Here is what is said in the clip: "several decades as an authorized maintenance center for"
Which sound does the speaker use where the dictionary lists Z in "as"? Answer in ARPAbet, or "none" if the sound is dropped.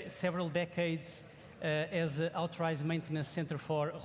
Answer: Z